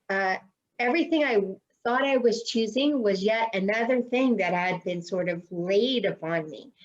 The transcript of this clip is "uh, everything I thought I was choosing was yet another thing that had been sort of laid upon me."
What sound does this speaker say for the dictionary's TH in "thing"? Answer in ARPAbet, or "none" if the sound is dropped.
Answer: TH